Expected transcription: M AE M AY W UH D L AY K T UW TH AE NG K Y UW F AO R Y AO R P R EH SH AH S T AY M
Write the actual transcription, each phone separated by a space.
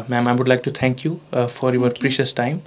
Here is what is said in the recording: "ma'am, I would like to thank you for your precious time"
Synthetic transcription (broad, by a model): M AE M AY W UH D L AY K T UW T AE NG K Y UW F AO R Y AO R P R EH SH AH S T AY M